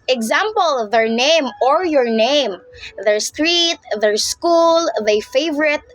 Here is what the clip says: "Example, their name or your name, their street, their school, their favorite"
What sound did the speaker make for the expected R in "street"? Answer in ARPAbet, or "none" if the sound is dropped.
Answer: R